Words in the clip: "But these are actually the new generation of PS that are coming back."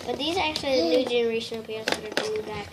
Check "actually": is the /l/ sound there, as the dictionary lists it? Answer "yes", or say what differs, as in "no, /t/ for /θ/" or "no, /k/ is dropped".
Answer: yes